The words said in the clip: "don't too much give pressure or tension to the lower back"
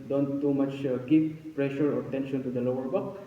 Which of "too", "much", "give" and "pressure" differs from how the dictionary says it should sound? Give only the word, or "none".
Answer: give